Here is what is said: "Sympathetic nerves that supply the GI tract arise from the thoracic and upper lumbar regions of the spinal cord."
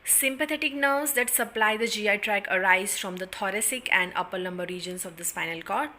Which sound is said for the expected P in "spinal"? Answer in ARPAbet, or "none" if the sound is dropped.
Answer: F